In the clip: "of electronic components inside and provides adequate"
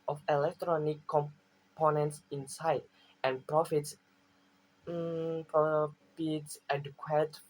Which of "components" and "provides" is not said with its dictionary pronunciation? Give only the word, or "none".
provides